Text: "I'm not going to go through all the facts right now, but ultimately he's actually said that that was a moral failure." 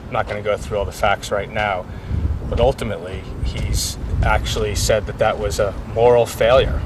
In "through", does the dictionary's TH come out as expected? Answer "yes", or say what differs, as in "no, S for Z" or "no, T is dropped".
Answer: yes